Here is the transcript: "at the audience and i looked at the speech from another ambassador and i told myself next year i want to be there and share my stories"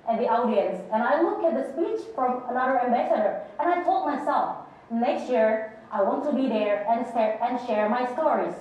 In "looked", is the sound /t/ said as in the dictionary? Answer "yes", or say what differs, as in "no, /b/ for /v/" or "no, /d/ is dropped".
no, /t/ is dropped